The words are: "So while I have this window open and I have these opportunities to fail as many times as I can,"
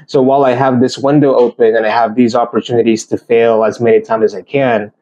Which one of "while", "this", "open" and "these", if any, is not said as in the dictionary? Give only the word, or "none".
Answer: none